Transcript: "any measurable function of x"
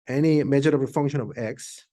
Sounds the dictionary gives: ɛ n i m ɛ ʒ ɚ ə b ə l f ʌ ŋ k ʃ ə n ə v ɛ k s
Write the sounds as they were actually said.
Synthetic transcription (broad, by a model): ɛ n i m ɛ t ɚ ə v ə f ʌ ŋ k ʃ ə n ə v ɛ k s